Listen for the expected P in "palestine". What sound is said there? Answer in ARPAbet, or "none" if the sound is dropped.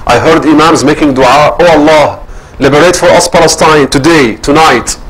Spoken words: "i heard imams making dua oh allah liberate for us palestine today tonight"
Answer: P